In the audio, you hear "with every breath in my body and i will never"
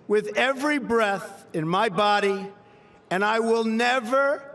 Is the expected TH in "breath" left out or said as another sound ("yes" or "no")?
no